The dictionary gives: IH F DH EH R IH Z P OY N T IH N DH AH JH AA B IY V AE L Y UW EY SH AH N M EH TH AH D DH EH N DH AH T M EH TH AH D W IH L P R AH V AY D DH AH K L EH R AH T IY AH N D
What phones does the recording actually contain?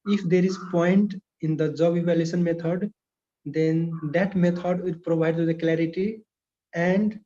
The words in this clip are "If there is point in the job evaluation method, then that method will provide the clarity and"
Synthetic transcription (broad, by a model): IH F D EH R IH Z P OY N T IH N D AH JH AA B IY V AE L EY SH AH N M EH T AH D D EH N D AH T M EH T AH D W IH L P R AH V AY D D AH K L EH R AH T IY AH N D